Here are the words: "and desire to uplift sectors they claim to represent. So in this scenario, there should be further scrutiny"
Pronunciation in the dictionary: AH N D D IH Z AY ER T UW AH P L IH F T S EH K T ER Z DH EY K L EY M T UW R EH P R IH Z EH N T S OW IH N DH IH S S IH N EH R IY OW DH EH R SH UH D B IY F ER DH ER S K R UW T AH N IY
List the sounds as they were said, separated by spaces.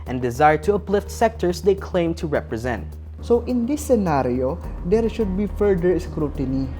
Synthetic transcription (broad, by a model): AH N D D IH Z AY ER T UW AH P L IH F T S EH K T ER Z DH EY K L EY M T UW R EH P R IH Z EH N T S OW IH N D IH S S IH N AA R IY OW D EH R SH UH D B IY F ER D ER S K R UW T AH N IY